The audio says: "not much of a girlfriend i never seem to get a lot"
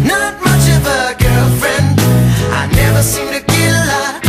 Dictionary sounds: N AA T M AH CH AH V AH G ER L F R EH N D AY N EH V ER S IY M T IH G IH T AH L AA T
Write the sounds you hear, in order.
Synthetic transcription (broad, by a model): N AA T M AH CH AH V AH G ER L F R EH N D AY N EH V ER S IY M T IH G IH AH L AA